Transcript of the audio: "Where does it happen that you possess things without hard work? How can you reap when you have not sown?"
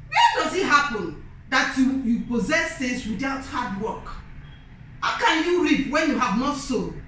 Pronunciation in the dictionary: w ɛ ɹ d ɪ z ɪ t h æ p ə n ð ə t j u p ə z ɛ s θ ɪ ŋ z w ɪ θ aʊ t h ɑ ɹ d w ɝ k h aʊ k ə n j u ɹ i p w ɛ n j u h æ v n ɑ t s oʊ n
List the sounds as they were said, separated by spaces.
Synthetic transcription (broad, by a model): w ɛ d ɪ z ɪ t h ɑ p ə n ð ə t j u p ə z ɛ s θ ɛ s w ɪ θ aʊ t h ɑ d w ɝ k h aʊ k ə n j u ɹ i p w ɛ n j u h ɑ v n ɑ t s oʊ